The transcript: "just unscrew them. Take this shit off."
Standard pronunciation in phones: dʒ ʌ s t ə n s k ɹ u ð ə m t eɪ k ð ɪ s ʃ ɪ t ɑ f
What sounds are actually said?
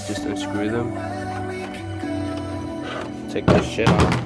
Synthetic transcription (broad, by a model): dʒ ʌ s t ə s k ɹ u ð ə m t eɪ k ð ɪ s ʃ ɪ t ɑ